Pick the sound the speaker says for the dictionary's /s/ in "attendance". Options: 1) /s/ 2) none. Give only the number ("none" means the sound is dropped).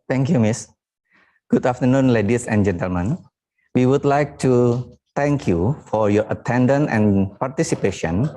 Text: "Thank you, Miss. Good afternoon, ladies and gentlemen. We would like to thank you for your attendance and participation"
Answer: 2